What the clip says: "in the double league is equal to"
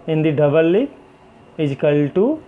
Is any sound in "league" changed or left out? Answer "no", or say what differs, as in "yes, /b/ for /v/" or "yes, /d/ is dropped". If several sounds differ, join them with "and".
yes, /ɡ/ is dropped